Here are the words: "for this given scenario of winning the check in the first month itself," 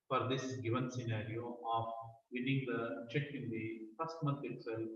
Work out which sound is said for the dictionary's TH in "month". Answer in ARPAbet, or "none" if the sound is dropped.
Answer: T